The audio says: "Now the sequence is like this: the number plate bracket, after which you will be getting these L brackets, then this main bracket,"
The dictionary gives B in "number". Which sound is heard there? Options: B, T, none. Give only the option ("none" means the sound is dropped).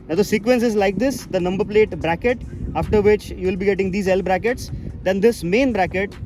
B